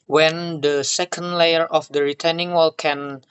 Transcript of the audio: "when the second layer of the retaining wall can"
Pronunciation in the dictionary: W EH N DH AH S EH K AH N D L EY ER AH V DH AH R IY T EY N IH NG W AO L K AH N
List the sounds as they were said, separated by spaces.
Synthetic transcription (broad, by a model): W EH N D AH S EH K AH N D L EY ER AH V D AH R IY T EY N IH NG W AO L K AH N